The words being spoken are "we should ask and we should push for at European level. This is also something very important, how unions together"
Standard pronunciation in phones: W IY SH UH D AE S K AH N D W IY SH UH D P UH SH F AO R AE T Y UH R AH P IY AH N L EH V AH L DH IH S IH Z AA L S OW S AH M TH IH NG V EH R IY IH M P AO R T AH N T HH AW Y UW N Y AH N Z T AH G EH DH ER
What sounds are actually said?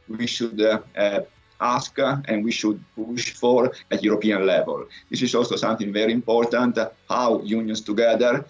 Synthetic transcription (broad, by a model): W IY SH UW D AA S K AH N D W IY SH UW D P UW SH F AO R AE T Y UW R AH P IY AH N L EH V AH L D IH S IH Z AA L S OW S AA M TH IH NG V EH R IY IH M P AO R T AH N T HH AW Y UW N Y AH N S T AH G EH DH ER